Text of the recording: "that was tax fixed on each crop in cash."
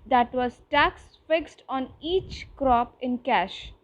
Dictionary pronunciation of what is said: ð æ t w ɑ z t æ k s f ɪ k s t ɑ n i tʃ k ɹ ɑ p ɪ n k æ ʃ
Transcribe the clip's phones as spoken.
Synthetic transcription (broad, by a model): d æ t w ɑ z t æ k s f ɪ k s t ɑ n i tʃ k ɹ ɑ p ɪ n k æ ʃ